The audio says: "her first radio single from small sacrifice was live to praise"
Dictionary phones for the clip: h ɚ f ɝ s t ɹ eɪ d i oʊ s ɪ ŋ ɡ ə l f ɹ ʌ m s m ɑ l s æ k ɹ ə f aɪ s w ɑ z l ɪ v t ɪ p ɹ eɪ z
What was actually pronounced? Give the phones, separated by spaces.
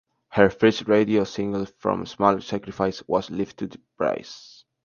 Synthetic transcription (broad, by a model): h ɚ f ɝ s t ɹ eɪ d i oʊ s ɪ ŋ ɡ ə l f ɹ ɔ m s m ɑ l s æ k ɹ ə f aɪ s w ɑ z l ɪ f t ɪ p ɹ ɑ s